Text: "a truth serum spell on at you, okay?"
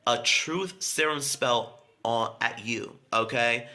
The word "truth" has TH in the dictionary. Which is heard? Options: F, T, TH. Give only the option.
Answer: TH